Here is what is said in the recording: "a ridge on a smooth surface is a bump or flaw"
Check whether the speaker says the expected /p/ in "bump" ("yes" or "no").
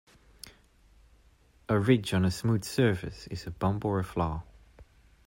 no